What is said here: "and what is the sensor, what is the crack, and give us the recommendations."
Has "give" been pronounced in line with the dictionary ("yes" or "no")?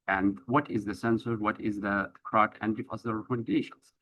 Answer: no